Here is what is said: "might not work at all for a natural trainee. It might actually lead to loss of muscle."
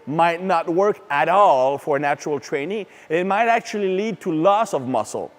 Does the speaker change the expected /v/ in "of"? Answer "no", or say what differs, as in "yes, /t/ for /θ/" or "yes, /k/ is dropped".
no